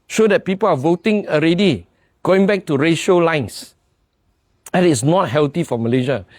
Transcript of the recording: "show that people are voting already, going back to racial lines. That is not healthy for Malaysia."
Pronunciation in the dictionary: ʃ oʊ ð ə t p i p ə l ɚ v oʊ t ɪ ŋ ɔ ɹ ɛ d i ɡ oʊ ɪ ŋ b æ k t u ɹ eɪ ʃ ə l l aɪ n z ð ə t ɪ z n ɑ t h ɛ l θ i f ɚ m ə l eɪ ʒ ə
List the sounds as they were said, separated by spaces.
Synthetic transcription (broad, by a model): ʃ oʊ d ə t p i p ə l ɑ v oʊ t ɪ ŋ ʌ ɹ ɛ d i ɡ oʊ ɪ ŋ b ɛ k t u ɹ eɪ ʃ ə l l aɪ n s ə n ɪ s n ɑ t h ɛ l t i f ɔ m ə l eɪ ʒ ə